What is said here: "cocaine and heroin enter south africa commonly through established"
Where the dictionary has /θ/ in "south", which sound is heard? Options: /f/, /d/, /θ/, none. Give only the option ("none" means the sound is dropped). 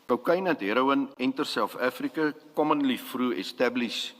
/f/